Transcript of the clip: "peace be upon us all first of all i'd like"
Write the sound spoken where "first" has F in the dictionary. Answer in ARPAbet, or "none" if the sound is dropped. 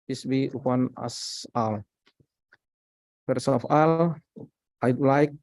P